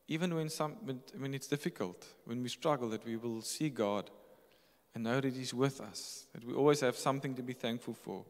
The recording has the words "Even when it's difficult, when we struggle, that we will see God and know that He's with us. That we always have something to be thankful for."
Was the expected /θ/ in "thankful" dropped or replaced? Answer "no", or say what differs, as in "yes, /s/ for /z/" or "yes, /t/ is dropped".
no